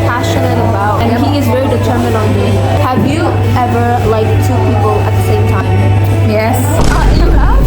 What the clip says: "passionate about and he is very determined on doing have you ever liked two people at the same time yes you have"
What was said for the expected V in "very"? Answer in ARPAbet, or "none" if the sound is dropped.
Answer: V